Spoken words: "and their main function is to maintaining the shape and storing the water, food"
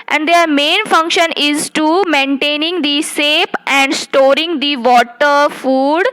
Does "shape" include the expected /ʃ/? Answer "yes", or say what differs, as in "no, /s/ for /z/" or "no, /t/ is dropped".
no, /s/ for /ʃ/